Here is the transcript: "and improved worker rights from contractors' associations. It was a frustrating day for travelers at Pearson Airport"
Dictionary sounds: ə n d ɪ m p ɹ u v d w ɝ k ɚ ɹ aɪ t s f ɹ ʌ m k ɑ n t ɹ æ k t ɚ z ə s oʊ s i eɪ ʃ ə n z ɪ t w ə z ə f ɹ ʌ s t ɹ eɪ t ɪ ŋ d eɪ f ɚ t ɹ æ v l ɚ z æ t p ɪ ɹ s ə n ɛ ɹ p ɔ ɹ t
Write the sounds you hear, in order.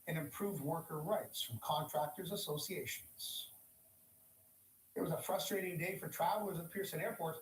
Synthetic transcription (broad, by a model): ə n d ɪ m p ɹ u v d w ɝ k ɚ ɹ aɪ t s f ɹ ʌ m k ɑ n t ɹ æ k t ɚ z ə s oʊ s i eɪ ʃ ə n z ɪ t w ə z ə f ɹ ʌ s t ɹ eɪ t ɪ ŋ d eɪ f ɚ t ɹ æ v l ɚ z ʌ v p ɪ ɹ s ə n ɛ ɹ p ɔ ɹ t